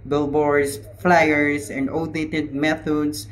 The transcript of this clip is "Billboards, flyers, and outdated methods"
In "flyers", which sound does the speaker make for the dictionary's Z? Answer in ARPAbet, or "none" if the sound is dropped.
S